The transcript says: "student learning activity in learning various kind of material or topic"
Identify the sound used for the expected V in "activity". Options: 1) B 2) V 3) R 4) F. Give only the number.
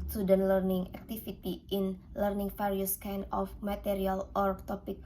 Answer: 4